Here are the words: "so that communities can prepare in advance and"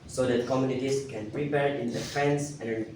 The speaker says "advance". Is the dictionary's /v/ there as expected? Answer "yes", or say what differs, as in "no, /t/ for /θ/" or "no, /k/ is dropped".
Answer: no, /f/ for /v/